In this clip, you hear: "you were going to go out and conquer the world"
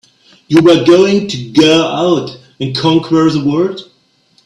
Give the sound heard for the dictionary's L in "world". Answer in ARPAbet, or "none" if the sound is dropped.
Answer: none